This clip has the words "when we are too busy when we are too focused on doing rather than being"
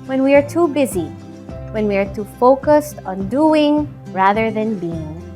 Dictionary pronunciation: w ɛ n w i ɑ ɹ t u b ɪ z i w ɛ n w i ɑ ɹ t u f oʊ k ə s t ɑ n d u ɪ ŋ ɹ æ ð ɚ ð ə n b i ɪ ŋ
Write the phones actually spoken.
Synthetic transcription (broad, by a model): w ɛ n w i ɑ ɹ t u b ɪ z i w ɛ n w i ɑ ɹ t u f oʊ k ə s t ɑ n d u ɪ ŋ ɹ æ ð ɚ ð ə n b i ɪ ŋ